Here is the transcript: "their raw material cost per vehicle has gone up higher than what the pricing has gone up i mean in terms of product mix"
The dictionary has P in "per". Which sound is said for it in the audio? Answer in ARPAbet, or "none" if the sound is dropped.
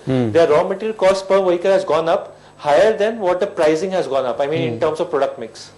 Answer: P